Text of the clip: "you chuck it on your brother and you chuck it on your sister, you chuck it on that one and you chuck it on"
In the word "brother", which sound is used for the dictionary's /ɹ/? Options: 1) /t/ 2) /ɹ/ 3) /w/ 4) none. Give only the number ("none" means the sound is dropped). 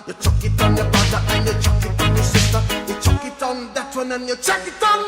4